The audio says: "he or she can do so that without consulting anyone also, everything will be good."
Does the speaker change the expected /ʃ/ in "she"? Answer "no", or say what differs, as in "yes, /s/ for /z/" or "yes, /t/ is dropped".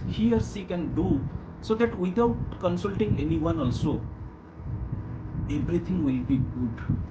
yes, /s/ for /ʃ/